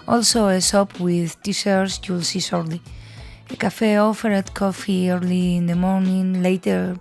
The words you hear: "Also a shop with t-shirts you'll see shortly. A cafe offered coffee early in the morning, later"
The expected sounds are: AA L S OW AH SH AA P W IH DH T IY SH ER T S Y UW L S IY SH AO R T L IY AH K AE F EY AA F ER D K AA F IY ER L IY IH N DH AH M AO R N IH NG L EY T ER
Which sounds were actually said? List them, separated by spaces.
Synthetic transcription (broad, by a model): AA L S OW AH S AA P W IH DH T IY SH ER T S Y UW L S IY S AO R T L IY AH K AE F EY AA F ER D K AA F IY ER L IY IH N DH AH M AO R N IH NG L EY T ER